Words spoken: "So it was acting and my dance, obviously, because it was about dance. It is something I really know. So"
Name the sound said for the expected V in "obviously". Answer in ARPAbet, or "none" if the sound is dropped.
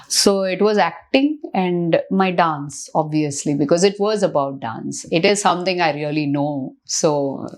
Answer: V